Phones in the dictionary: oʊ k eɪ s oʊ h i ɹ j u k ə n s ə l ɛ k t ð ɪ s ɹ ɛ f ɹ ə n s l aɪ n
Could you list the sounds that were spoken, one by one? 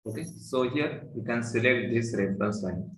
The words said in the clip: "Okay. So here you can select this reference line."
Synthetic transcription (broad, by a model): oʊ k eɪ s oʊ h i ɹ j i k ə n s ə l ɛ k t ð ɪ s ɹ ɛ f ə s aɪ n